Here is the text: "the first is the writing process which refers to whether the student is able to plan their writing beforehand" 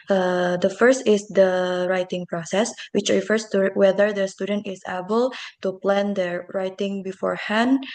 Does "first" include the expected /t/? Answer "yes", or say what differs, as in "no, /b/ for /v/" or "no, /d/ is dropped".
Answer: yes